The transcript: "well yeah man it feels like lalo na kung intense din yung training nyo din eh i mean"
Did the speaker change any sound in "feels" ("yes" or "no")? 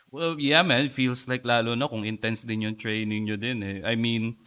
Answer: yes